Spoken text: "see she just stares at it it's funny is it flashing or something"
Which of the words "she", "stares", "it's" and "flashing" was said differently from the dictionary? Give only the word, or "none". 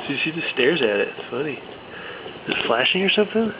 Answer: she